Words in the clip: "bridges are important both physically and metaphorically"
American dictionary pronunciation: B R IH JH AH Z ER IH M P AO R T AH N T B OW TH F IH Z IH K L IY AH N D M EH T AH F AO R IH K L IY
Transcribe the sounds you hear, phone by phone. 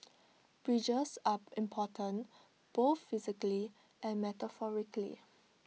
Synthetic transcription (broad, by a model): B R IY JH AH S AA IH M P AO T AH N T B OW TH F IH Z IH K L IY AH N M EH T AH F AO R IH K L IY